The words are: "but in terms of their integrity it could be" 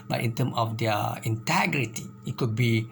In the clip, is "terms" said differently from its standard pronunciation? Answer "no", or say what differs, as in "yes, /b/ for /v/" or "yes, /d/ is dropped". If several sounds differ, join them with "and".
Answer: yes, /z/ is dropped